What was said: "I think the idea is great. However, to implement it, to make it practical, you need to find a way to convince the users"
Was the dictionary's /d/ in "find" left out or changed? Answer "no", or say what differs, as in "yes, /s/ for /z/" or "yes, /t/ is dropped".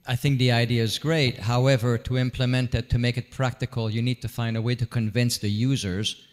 no